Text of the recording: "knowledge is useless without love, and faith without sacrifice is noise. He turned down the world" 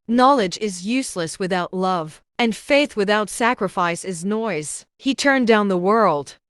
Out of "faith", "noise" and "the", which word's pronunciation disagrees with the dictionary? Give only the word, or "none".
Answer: none